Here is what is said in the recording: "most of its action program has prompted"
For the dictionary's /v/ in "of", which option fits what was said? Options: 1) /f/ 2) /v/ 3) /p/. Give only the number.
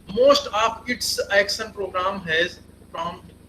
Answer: 3